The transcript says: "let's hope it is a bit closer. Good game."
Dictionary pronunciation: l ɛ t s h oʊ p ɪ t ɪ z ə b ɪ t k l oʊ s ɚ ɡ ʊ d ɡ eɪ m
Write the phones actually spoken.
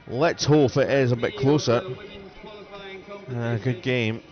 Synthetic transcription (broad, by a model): l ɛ t s h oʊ f ɪ t ɪ z ə b ɪ t k l oʊ s ɚ ɡ ʊ d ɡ eɪ m